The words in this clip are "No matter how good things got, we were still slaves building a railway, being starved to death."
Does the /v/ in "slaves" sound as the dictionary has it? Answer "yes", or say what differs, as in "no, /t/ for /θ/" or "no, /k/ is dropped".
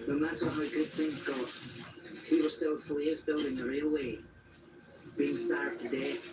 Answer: yes